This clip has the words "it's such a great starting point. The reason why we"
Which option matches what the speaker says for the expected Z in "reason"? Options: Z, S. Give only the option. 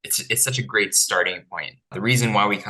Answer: Z